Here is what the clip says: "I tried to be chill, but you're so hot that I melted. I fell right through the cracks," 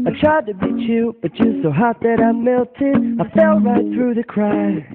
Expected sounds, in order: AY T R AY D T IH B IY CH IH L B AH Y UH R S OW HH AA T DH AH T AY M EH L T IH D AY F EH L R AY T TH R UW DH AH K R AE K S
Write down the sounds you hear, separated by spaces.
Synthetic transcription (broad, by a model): AY T R AY D T IH B IY CH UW B AH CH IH S OW HH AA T DH AH T AY M EH L T IH D AY F EH L R AY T TH R UW DH AH K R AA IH